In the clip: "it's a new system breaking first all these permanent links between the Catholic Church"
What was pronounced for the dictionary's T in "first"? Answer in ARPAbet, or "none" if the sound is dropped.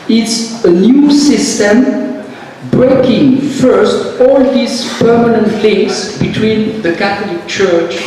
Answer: T